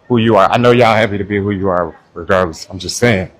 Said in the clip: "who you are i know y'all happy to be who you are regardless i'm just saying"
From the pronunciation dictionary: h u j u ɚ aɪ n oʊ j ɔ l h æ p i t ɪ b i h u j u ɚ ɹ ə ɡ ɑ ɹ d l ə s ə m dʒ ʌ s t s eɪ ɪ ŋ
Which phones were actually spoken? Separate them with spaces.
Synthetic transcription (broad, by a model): h u j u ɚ aɪ n oʊ j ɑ h æ p i t ɪ b i h u j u ɚ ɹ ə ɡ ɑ ɹ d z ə ə m dʒ ʌ s t s eɪ ɪ ŋ